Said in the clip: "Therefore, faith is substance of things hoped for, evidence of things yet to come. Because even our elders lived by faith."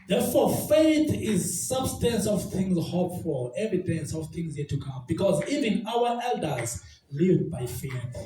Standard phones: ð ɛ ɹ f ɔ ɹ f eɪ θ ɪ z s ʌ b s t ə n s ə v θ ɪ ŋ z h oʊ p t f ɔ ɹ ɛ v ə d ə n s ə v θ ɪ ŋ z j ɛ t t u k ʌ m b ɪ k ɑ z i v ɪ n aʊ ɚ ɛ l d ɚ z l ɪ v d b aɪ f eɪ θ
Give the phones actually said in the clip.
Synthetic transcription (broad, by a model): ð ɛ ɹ f ɔ f eɪ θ ɪ z s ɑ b s t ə n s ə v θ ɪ ŋ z h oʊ p f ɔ l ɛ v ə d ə n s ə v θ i ŋ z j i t t u k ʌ m b ɪ k ɑ z i v ɪ n aʊ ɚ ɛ l d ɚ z l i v b aɪ f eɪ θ